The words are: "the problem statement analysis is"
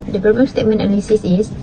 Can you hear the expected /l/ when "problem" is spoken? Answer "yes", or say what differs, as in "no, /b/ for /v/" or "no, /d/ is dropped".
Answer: no, /l/ is dropped